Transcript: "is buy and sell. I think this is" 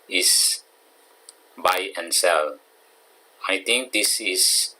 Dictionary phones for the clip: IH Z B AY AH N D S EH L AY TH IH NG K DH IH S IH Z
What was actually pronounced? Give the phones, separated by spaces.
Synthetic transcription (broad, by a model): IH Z B AY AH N S EH L AY T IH NG K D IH S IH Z